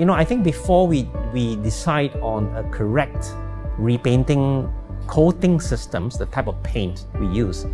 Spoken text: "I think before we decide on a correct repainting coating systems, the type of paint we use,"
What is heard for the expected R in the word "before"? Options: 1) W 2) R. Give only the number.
1